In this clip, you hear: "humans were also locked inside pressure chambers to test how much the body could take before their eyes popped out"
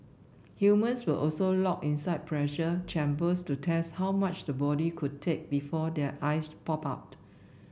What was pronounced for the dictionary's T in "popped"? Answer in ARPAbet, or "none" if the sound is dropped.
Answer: none